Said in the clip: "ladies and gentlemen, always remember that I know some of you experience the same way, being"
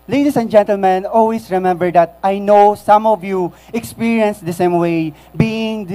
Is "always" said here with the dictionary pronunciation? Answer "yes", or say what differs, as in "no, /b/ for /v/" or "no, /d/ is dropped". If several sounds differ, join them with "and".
no, /s/ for /z/